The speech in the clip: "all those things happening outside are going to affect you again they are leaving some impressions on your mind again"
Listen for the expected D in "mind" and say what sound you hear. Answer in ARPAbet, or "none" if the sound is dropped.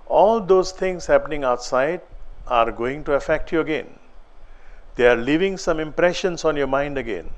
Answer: D